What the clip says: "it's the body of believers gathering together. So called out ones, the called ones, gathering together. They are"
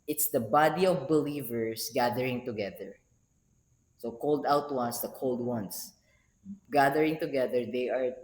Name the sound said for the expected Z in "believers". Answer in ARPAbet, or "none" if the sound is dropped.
S